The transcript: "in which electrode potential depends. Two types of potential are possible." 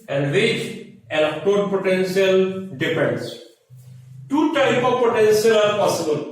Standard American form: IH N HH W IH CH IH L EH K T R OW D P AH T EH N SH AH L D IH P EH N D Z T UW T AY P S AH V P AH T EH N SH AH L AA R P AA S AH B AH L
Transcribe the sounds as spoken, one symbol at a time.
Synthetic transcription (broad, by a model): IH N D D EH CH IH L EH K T OW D P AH T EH N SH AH L D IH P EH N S T UW T AY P AH V P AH T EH N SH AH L AA R P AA S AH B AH L